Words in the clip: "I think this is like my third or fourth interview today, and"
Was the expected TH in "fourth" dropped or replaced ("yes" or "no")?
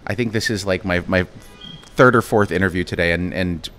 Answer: no